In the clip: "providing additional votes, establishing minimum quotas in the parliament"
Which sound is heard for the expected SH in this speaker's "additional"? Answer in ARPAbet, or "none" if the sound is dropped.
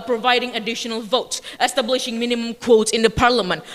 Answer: SH